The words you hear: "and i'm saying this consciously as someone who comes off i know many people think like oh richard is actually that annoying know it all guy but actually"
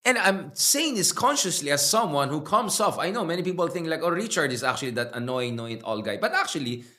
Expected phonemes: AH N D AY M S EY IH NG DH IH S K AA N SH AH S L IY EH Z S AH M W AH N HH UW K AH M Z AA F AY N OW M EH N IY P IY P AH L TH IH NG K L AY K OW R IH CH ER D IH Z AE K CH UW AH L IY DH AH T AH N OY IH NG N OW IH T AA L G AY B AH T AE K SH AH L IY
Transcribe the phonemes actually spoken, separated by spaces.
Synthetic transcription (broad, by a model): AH N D AY M S EY IH NG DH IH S K AA N SH AH S L IY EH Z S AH M W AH N HH UW K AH M S AA F AY N OW M EH N IY P IY P AH L TH IH NG K L AY K OW R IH CH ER D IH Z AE K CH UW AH L IY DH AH T AH N OY IH NG N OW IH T AA L G AY B AH T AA K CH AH L IY